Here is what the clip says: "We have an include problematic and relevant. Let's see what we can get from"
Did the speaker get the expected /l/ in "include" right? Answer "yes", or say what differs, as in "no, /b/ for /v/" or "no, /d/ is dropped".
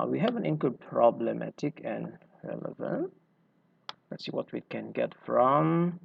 no, /w/ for /l/